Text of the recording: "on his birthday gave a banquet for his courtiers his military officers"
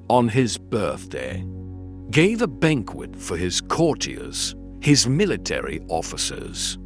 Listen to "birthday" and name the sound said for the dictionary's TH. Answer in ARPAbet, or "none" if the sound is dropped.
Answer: TH